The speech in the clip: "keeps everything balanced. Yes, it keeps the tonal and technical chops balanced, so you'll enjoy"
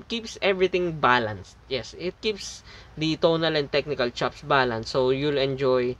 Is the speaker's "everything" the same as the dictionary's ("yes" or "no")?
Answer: no